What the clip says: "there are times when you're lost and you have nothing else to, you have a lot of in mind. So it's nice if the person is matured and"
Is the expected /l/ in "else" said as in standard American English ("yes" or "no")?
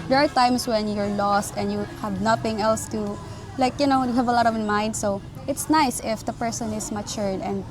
yes